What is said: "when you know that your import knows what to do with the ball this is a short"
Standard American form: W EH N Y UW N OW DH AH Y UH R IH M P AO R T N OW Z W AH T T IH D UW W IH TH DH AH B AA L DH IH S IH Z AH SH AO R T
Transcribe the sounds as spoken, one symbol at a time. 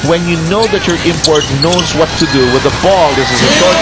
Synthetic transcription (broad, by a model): W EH N Y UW N OW DH AH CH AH R IH M P AO R T N OW Z W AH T T IH D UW W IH DH AH B AA L DH IH S IH Z AH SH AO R